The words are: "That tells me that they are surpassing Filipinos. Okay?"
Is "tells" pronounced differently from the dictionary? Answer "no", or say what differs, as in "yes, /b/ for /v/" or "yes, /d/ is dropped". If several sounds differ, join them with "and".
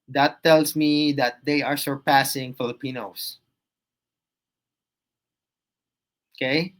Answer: yes, /s/ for /z/